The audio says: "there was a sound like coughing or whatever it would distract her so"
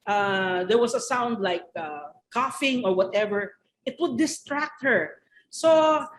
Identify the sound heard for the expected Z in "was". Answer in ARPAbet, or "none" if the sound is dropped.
S